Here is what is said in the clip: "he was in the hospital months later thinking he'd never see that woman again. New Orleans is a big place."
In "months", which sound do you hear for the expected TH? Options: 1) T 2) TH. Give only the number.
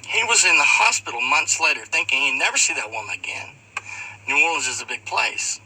2